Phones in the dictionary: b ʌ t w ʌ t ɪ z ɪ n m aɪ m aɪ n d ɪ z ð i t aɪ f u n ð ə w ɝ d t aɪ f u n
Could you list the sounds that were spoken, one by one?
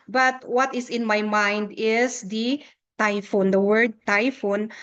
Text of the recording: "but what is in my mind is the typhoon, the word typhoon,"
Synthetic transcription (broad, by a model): b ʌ t w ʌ t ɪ s ɪ n m aɪ m aɪ n d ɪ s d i t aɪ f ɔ n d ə w ɝ d t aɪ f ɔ n